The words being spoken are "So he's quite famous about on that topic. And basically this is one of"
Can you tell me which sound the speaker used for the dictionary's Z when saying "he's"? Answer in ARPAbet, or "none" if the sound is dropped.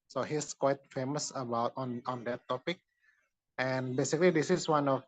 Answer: S